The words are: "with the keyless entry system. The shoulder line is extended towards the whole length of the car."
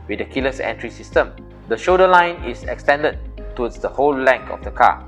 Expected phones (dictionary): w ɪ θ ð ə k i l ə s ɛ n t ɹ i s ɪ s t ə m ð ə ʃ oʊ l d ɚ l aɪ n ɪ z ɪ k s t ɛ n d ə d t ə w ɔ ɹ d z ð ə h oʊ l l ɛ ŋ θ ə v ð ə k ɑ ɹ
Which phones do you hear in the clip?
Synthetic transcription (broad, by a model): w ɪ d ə k i l ə s ɛ n t ɹ i s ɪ s t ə m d ə ʃ oʊ d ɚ l aɪ n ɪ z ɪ k s t ɛ n d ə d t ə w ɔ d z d ə h oʊ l l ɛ ŋ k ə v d ə k ɑ